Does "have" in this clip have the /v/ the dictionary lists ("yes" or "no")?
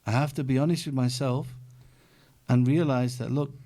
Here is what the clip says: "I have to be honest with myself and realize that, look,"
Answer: no